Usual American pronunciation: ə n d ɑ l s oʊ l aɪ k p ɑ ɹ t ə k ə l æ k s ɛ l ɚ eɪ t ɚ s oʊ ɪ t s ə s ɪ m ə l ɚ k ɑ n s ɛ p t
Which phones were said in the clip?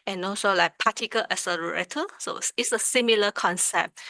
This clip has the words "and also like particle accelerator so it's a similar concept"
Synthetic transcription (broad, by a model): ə n ɑ l s oʊ l aɪ k p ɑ t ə k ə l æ s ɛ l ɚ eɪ t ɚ s oʊ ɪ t s ə s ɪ m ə l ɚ k ɑ n s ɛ p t